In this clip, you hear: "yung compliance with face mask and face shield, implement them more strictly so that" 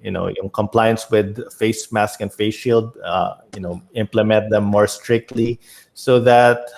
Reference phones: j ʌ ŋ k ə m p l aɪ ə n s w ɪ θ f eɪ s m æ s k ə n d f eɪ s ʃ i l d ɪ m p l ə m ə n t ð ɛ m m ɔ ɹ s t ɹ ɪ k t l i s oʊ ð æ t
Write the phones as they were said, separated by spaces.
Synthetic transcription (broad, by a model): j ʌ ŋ k ə m p l aɪ ə n s w ɪ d f eɪ s m æ s k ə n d f eɪ s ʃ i l d ɪ m p l ə m ə n t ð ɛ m m ɔ ɹ s t ɹ ɪ k t l i s oʊ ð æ t